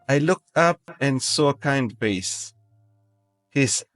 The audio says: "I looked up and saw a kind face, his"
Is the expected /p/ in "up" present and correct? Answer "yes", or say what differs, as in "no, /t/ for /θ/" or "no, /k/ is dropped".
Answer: yes